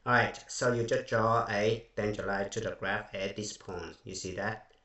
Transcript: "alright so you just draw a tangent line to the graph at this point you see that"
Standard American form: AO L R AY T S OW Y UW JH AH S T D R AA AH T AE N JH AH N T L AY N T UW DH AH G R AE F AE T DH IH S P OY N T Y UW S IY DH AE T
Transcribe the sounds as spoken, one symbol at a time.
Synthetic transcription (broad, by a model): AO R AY T S OW Y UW JH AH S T D R AA AH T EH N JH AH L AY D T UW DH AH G R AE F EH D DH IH S P OY N T Y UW S IY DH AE T